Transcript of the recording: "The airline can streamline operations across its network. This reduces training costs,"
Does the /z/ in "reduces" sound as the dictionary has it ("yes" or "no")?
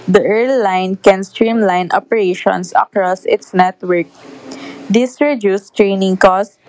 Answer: no